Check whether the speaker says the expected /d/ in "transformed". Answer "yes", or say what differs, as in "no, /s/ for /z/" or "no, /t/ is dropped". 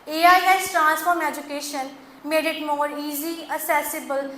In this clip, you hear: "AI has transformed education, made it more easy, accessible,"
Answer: no, /d/ is dropped